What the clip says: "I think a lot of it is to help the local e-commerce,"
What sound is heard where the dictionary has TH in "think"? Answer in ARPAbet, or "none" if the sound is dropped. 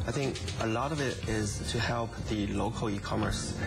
TH